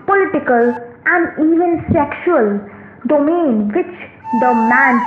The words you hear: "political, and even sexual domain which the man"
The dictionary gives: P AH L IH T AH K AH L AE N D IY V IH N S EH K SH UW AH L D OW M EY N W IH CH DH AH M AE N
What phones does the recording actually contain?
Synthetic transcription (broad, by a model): P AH L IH T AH K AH L AE N D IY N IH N S EH K SH UW AH L D OW M EY N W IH CH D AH M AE N